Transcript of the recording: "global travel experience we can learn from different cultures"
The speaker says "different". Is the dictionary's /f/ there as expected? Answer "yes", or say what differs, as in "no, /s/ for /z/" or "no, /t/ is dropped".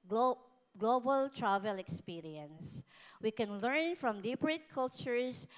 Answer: no, /p/ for /f/